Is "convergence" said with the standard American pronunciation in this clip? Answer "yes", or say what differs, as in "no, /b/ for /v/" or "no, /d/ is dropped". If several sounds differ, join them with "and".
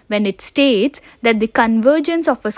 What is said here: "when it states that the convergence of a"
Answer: yes